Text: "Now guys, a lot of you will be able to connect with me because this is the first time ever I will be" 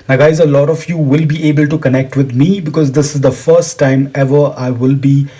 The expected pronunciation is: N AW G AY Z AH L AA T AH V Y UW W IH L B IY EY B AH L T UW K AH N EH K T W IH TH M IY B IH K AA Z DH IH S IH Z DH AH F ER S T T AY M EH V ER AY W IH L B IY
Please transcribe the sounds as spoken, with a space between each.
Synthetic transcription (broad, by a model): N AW G AY Z AH L AA T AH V Y UW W IH L B IY EY B AH L T UW K AH N EH K T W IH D M IY B IH K AA Z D IH S IH Z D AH F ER S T T AY M EH V ER AY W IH L B IY